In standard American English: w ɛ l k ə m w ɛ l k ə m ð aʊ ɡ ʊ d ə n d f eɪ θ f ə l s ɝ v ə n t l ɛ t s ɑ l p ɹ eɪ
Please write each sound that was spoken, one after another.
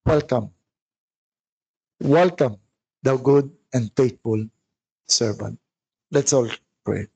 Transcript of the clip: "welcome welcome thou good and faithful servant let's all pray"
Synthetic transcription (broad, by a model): w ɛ l k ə m w ɛ l k ə m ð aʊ ɡ ʊ d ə n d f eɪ t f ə l s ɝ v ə n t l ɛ t s ɑ l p ɹ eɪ